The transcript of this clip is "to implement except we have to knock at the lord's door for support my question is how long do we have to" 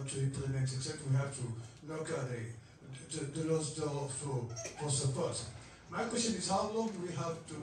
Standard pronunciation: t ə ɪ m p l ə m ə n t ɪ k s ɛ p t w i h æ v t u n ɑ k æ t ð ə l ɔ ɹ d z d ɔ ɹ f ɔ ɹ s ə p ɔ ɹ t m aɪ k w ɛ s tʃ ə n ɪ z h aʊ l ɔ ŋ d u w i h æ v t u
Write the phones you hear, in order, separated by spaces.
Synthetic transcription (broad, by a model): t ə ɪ p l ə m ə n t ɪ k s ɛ t w i h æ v t u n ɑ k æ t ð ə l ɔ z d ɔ l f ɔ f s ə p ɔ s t m aɪ k w ɛ s tʃ ə n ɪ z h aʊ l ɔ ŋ w i h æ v t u